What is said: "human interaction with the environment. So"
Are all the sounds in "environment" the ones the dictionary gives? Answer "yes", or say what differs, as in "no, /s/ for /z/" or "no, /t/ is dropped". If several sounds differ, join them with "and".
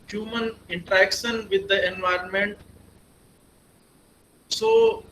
yes